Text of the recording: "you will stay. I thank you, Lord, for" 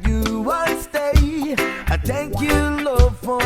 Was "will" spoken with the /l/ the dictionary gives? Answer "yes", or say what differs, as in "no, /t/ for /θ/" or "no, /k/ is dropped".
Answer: no, /n/ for /l/